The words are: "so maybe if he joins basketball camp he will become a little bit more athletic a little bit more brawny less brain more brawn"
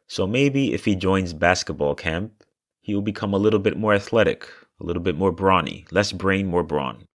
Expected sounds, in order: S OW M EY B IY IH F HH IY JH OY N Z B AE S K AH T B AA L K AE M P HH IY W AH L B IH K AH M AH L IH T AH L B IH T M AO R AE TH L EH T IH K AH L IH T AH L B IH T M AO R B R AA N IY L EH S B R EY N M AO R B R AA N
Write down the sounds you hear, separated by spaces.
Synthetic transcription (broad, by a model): S OW M EY B IY IH F HH IY JH OY N Z B AE S K AH T B AA L K AE M P HH IY W AH L B IH K AH M AH L IH T L B IH T M AO R AE TH L EH T IH K AH L IH T L B IH T M AO R B R AA N IY L EH S B R EY N M AO R B R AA N